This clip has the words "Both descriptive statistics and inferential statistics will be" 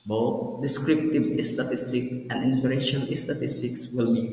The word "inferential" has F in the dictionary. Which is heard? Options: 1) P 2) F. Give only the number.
1